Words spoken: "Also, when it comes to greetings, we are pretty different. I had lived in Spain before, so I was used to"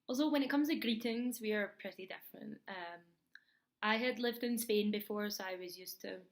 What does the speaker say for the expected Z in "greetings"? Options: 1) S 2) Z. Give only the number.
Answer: 2